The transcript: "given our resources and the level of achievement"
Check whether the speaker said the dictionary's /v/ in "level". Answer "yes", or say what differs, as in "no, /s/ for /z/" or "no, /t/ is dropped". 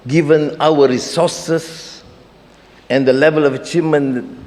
yes